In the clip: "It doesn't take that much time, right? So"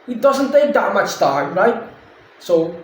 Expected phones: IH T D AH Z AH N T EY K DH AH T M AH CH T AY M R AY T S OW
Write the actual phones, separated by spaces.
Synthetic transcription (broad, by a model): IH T D AH Z AH N T EY K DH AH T M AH CH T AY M R AY T S OW